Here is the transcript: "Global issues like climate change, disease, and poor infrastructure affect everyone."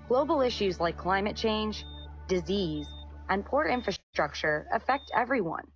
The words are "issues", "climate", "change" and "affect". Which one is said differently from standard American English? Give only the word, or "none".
none